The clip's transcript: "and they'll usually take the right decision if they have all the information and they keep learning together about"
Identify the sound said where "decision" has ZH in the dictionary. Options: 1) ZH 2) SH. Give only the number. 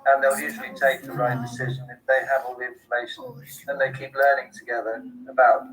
1